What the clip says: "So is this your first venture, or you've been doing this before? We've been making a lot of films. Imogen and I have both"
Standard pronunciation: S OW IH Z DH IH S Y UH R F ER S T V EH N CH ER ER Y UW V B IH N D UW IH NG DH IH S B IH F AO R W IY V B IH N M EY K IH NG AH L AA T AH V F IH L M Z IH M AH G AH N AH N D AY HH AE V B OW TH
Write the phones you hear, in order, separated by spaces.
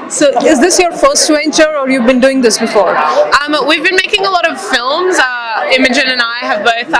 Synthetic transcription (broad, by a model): S OW IH Z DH IH S Y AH R F ER S T W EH N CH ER ER Y UW V B IH N D UW IH NG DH IH S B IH F AO R W IY V B IH N M EY K IH NG AH L AA T AH V F IH L M Z IH M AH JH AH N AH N AY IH V B OW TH